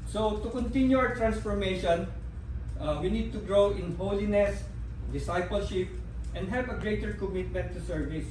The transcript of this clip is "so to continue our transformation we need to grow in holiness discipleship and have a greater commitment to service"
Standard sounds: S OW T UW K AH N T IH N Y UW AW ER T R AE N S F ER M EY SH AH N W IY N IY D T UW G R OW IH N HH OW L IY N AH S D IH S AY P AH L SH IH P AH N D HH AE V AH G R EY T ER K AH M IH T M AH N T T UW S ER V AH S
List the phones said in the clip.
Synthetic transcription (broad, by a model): S OW T UW K AH N T IH N Y UW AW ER T R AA N S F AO M EY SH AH N W IY N IY D T UW G R OW IH N HH OW L IY N AH S D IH S AY P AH L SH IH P AH N D HH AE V AH G R EY T ER K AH M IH T M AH N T T UW S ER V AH S